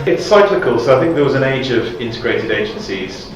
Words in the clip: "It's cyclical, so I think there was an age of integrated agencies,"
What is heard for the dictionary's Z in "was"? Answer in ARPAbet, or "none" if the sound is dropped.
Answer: Z